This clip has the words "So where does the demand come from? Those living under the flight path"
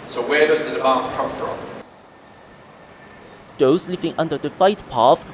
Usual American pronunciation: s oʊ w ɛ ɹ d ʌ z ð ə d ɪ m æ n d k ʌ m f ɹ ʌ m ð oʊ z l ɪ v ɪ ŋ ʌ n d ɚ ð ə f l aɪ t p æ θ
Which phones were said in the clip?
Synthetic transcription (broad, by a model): s oʊ w ɛ ɹ d ʌ z ð ə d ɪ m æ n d k ʌ m f ɹ ʌ m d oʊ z l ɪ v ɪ ŋ ʌ n d ɚ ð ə f aɪ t p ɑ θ